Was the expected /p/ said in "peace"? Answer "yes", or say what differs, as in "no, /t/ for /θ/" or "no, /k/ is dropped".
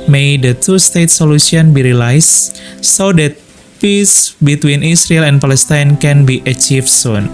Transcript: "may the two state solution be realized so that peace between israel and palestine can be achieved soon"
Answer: yes